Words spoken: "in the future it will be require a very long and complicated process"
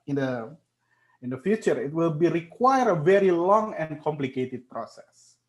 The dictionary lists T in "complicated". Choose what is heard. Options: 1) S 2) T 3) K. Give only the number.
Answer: 2